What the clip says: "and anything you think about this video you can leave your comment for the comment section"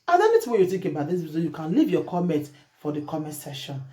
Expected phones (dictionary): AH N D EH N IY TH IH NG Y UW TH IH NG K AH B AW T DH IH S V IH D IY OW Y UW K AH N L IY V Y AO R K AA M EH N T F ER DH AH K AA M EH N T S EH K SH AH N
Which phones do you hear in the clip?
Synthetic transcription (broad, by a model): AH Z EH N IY T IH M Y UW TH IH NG K AH B AW T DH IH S B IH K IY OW Y UW K AH N L IY V Y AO K AA M EH N T F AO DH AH K AA M EH N T S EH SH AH N